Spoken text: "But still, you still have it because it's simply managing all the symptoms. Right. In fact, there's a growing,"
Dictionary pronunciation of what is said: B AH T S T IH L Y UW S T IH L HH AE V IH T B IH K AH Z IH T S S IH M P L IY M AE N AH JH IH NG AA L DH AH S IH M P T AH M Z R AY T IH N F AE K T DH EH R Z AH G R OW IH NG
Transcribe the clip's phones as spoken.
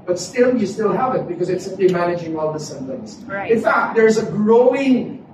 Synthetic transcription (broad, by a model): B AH T S T IH L Y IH S T IH L HH AE V IH T B IH K AH Z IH T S S IH M P L IY M AE N AH JH IH NG AA L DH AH S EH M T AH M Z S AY IH N F AE K T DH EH R Z AH G R OW IH NG